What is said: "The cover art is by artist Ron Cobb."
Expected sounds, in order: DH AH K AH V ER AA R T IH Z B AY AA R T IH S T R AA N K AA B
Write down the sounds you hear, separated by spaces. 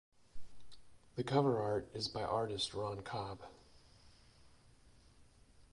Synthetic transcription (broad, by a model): DH AH K AH V ER AA R T IH Z B AY AA R T IH S T R AA N K AA B